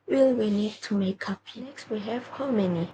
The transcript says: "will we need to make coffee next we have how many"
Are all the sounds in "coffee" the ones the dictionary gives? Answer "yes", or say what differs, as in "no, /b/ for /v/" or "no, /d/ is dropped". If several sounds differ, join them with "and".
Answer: no, /p/ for /f/